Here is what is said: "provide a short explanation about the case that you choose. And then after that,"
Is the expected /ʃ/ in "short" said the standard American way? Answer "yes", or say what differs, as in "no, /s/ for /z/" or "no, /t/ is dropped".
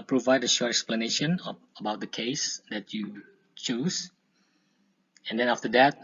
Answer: yes